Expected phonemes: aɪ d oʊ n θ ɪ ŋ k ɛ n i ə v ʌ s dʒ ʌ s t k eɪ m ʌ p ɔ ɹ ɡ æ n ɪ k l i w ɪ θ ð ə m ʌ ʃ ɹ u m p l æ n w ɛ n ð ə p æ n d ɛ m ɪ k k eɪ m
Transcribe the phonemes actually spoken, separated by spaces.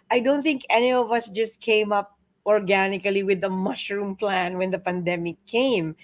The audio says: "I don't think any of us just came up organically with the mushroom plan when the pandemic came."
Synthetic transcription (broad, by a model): aɪ d oʊ n θ ɪ ŋ k ɛ n i ə v ʌ s dʒ ʌ s t k eɪ m ʌ p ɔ ɹ ɡ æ n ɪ k l i w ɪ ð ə m ʌ ʃ ɹ u m p l æ n w ɛ n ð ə p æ n d ɛ m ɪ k k eɪ m